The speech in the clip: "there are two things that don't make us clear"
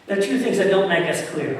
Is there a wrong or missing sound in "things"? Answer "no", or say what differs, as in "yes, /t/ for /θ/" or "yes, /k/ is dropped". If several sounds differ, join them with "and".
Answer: no